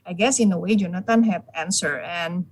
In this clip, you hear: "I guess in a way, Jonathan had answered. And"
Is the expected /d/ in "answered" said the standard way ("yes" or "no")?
no